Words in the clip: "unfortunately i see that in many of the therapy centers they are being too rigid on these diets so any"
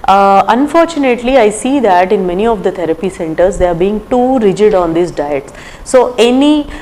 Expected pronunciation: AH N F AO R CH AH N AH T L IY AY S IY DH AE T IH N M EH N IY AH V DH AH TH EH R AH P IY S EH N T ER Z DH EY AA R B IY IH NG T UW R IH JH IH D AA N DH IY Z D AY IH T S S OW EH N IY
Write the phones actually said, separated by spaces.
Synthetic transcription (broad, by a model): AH N F AO R CH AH N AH T L IY AY S IY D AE T IH N M EH N IY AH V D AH T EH R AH P IY S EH N T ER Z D EY AA R B IY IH NG T UW R IH JH IH D AA N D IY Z D AY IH T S S OW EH N IY